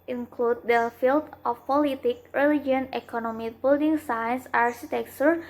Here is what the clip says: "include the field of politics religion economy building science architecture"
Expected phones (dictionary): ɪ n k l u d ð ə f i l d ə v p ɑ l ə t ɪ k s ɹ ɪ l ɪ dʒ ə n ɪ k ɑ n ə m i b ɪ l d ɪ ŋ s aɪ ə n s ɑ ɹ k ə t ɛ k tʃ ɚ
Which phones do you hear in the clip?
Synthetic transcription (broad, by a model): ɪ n k l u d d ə f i l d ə f p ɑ l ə t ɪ k ɹ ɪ l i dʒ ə n ɪ k ɑ n ə m i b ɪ l d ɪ ŋ s aɪ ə n s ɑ ɹ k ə t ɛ k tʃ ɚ